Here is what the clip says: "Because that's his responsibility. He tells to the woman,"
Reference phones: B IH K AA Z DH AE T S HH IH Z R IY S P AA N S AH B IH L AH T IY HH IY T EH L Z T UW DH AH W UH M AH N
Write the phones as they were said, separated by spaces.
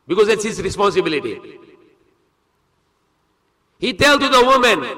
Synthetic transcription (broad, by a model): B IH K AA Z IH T S HH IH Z R IY S P AA N S AH B IH L AH T IY HH IY T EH L T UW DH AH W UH M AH N